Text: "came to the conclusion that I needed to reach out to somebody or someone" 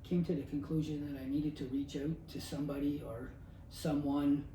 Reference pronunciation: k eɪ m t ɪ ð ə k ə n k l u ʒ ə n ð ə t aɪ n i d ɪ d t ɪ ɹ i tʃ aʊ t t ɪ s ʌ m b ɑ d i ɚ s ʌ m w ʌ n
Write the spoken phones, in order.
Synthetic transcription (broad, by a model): k eɪ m t ɪ ð ə k ə n k l u ʒ ə n ð ə t aɪ n i d ɪ d t ɪ ɹ i tʃ aʊ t t ɪ s ʌ m b ɑ d i ɚ s ʌ m w ʌ n